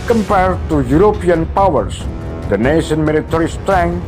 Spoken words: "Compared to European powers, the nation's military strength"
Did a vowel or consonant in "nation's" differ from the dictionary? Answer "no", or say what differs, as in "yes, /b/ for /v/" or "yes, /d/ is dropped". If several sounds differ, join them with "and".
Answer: yes, /z/ is dropped